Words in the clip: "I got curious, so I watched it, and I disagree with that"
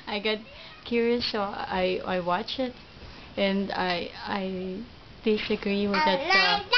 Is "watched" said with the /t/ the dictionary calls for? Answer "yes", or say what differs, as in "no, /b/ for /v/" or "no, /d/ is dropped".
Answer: no, /t/ is dropped